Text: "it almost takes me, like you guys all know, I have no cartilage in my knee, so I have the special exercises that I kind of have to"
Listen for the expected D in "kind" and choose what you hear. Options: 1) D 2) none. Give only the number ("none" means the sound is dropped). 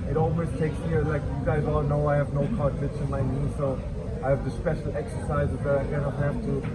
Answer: 2